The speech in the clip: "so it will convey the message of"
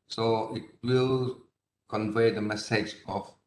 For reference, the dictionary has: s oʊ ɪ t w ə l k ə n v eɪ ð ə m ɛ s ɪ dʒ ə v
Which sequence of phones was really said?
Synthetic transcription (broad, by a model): s oʊ ɪ t w ə l k ə n v eɪ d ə m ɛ s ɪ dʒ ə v